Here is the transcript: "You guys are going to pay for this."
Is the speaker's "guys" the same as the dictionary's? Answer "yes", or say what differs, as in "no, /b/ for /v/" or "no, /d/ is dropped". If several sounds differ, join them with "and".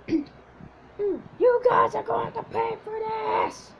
yes